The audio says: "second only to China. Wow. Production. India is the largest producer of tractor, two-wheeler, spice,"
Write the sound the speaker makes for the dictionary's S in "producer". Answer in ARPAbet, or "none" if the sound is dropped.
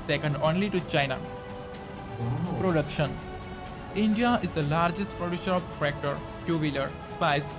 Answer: SH